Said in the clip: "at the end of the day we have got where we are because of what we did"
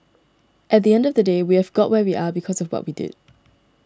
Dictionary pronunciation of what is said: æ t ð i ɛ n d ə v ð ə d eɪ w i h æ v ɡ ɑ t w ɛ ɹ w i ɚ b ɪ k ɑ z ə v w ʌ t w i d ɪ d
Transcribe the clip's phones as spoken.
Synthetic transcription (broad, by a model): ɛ t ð i ɛ n d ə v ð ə d eɪ w i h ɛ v ɡ ɑ t w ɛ w i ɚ b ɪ k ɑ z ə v w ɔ t w i d ɪ d